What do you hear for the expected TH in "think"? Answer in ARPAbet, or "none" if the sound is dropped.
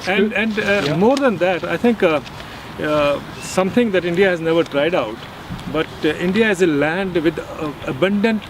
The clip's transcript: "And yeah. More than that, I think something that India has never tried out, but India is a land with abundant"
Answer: T